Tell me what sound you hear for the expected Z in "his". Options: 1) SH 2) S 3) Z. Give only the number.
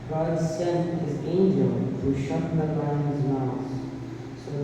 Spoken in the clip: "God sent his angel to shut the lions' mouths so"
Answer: 3